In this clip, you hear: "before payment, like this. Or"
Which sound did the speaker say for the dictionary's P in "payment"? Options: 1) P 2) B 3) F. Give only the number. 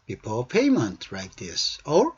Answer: 1